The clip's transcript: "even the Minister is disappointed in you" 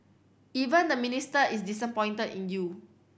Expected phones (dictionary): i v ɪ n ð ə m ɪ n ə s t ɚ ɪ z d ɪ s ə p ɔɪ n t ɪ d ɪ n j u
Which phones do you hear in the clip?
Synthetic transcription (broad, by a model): i v ɪ n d ə m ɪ n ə s t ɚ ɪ s d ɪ s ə p ɔɪ n t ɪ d ɪ n j u